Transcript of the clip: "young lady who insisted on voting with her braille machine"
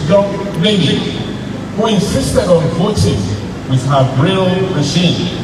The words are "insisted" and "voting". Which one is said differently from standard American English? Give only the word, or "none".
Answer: none